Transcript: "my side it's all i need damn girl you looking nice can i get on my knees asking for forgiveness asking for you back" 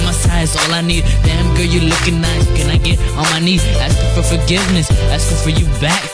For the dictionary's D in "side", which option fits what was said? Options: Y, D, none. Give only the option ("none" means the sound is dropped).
none